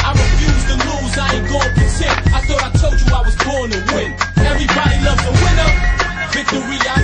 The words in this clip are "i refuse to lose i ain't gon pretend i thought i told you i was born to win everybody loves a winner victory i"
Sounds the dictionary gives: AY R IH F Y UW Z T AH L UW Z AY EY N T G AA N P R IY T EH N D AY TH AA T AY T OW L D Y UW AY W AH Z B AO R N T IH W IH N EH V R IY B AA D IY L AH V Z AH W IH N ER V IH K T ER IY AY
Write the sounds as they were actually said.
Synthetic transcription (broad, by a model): AY R IH F Y UW Z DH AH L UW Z AY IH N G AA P IY S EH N AY TH AA T AY T OW L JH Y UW AY W AH Z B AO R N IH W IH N EH V R IY B AA D IY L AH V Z AH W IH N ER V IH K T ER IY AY